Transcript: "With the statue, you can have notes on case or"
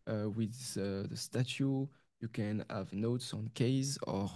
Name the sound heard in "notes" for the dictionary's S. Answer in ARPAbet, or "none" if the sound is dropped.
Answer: S